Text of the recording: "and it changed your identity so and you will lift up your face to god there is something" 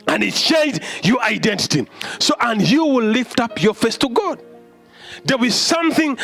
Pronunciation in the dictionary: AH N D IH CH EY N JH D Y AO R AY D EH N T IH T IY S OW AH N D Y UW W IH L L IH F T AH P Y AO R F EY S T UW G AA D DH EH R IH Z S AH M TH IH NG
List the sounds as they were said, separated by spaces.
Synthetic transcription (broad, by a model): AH N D IH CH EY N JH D Y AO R AY D EH N T IH T IY S OW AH N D Y UW W IH L L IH F T AH P Y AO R F EY S T UW G AA D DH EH W IH Z S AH M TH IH NG